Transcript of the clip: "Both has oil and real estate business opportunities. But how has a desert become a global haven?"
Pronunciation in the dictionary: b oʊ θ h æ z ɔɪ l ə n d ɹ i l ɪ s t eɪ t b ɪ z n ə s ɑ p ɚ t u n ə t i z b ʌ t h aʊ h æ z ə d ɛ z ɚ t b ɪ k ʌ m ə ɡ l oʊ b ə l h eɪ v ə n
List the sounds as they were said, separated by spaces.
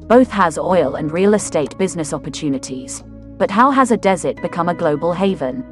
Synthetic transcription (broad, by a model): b oʊ θ h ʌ z ɔɪ l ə n ɹ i l ɪ s t eɪ t b ɪ z n ə s ɑ p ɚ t u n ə t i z b ʌ t h aʊ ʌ z ə d ɛ z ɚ t b ɪ k ʌ m ə ɡ l oʊ b ə l h eɪ v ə n